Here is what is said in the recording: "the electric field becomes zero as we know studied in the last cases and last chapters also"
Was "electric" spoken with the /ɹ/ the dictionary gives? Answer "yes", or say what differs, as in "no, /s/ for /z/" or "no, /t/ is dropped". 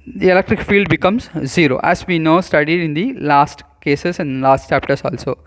yes